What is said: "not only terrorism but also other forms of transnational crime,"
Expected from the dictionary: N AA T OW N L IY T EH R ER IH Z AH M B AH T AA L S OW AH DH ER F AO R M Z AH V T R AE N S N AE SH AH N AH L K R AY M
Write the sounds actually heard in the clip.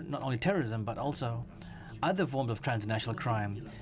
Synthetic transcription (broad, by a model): N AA T OW N L IY T EH R ER IH Z AH M B AH T AA L S OW AH DH ER F AO R M Z AH V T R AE N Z N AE SH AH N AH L K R AY M